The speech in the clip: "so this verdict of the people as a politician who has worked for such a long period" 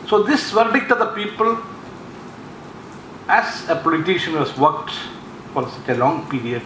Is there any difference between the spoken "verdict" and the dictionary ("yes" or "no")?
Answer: no